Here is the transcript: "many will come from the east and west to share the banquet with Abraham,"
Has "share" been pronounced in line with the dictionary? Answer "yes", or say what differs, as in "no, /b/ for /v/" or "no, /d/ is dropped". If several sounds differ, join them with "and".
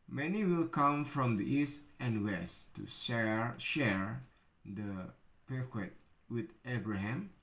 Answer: yes